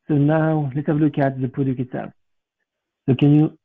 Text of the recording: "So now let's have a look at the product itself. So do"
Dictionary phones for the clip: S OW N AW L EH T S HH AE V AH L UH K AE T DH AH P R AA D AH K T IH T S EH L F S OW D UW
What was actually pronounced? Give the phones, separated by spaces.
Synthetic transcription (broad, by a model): S OW N AW L EH T S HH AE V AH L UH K AE T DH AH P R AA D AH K IH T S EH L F S OW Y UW